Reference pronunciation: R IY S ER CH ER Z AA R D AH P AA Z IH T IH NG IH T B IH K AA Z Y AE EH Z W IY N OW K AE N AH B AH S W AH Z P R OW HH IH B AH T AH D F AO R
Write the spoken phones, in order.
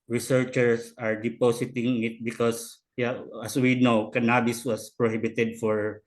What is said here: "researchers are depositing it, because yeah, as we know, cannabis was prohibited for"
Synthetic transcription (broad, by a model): R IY S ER CH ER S AA R D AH P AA S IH T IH NG IH T B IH K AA S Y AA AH S W IY N OW K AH N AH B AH S W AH S P R OW HH IH B AH T AH D F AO R